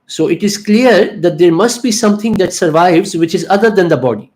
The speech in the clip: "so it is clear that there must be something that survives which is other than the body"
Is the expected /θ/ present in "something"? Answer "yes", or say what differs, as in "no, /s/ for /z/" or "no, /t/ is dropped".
no, /t/ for /θ/